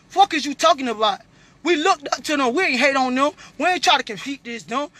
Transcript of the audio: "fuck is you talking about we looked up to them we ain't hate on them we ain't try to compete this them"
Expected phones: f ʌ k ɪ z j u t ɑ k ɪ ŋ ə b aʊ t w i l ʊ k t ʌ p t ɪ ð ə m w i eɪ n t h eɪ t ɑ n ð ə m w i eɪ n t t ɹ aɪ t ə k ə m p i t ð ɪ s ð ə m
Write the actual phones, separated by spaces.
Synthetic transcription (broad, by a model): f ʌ k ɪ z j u t ɑ k ɪ ŋ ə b aʊ t w i l ʊ k t ʌ p t ɪ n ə w i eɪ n h eɪ t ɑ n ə w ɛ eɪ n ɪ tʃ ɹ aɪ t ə k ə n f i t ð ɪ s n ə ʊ